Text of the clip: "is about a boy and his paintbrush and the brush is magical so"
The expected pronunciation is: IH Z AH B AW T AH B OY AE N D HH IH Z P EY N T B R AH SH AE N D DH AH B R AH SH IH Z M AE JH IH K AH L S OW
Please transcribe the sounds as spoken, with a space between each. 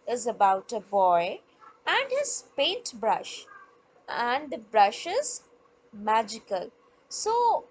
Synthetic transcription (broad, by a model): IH Z AH B AW T AH B OY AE N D HH IH Z P EY N T B R AH SH AE N D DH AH B R AH SH IH Z M AE JH IH K AH L S OW